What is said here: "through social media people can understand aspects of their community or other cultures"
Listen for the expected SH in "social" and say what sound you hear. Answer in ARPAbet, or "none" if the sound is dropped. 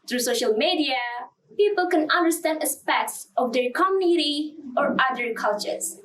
SH